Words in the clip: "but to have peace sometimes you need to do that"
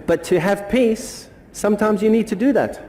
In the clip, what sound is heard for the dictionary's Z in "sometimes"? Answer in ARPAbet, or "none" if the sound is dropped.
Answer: Z